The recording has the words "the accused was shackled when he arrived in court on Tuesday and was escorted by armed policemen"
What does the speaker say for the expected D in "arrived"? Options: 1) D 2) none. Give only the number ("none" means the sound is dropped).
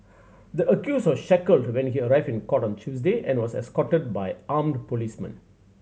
2